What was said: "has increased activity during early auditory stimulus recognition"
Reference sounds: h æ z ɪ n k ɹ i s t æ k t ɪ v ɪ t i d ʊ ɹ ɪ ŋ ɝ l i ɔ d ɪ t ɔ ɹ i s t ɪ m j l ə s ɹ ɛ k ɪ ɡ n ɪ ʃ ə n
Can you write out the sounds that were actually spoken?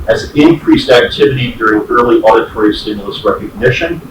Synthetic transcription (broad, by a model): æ z ɪ n k ɹ i s t æ k t ɪ v ɪ t i d ʊ ɹ ɪ ŋ ɝ l i ɔ d ɪ t ɔ ɹ i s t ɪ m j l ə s ɹ ɛ k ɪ ɡ n ɪ ʃ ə n